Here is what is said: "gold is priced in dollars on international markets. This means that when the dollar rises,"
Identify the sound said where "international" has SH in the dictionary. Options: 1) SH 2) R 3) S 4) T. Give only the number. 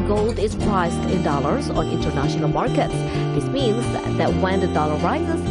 1